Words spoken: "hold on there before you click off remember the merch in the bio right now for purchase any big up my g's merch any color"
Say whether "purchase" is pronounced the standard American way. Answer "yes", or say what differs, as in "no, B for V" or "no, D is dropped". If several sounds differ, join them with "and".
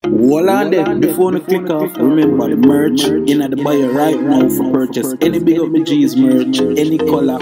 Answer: yes